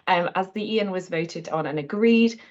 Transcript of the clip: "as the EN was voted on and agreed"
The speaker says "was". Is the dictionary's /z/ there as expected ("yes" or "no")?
yes